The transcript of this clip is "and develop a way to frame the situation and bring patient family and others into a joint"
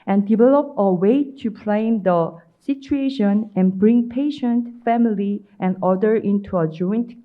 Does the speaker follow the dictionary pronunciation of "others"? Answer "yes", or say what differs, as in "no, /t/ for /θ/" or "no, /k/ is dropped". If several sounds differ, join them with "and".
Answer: no, /z/ is dropped